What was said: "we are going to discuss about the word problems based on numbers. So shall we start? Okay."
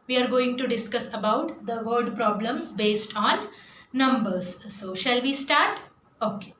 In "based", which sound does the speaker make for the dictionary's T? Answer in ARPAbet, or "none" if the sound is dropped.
T